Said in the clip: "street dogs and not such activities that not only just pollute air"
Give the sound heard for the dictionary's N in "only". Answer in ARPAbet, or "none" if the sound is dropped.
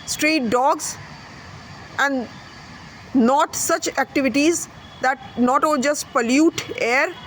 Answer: none